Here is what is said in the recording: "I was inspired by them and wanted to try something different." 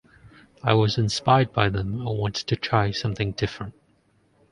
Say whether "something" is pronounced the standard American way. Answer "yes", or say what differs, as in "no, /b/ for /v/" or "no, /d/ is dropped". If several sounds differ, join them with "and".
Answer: yes